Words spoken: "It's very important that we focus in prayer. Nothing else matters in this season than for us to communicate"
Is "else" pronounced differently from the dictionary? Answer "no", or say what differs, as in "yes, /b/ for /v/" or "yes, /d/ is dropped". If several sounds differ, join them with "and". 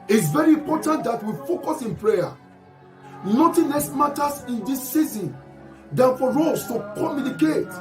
yes, /l/ is dropped